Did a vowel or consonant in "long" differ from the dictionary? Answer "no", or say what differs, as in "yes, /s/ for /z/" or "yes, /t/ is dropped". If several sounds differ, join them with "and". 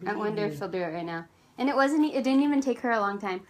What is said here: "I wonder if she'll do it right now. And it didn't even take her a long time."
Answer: no